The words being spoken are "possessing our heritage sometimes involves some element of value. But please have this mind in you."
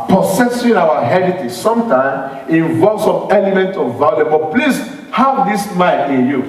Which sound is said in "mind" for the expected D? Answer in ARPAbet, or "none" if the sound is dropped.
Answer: none